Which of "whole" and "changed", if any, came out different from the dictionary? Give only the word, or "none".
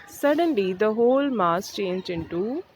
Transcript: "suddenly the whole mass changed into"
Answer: changed